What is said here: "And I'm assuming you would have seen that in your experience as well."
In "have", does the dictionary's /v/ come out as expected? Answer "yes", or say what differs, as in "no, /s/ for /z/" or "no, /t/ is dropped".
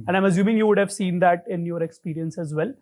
yes